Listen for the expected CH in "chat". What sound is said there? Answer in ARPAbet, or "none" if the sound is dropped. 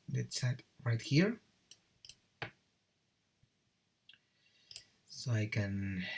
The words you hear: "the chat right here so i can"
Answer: S